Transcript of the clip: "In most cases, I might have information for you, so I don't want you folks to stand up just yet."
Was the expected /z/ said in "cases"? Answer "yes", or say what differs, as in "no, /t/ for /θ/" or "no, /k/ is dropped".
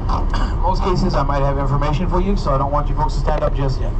yes